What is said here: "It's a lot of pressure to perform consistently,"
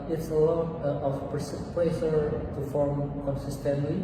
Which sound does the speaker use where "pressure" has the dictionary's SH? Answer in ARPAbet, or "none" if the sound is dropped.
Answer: S